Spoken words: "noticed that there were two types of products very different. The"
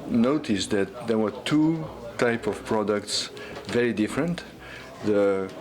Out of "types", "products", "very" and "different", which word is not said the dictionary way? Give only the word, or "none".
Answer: types